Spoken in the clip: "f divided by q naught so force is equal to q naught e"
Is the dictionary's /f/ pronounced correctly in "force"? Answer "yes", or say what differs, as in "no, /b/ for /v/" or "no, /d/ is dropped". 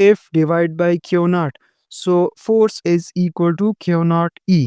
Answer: yes